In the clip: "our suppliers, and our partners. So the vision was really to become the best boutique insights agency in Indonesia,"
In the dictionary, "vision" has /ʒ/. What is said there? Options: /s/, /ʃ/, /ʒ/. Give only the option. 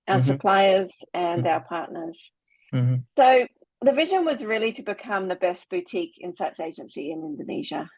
/ʒ/